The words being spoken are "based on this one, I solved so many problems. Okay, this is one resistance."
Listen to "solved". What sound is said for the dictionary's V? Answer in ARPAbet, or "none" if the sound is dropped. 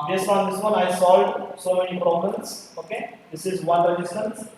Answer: none